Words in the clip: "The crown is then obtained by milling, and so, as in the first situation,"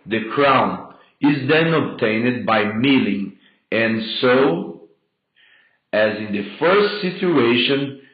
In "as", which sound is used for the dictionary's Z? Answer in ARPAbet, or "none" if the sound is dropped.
Z